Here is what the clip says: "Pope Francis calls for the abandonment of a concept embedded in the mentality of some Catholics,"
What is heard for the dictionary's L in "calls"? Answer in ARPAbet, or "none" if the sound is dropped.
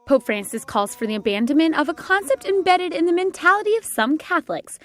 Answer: L